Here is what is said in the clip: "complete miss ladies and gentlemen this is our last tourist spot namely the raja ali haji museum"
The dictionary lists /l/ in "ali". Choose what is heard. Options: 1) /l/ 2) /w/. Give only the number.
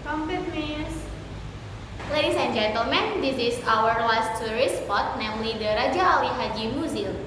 2